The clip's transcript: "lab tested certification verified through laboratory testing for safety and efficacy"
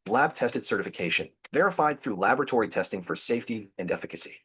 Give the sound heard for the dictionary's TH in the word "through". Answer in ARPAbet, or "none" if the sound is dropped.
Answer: TH